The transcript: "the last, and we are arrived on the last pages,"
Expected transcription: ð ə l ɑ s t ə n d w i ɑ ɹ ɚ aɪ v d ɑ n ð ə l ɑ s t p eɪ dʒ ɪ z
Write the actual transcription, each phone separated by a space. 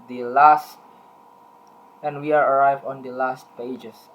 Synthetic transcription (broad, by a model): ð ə l ɑ s t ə n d w i ɑ ɹ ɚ aɪ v ɑ n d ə l ɑ s t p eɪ dʒ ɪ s